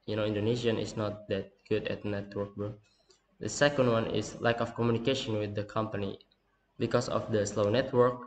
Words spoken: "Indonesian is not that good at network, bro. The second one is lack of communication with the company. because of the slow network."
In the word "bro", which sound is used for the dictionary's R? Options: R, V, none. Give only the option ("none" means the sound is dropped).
none